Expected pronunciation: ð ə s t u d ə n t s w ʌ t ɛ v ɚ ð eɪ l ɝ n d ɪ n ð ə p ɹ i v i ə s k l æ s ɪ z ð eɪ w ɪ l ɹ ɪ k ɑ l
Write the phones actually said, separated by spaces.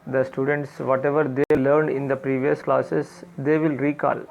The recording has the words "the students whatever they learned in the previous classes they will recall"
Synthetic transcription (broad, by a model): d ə s t u d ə n t s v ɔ t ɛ v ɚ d eɪ l ɝ n d ɪ n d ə p ɹ i v i ə s k l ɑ s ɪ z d eɪ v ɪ l ɹ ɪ k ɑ l